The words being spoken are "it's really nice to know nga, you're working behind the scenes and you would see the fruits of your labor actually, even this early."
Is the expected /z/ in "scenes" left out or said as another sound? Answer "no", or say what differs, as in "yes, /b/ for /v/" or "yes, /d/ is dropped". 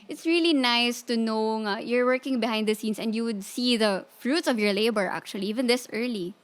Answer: yes, /s/ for /z/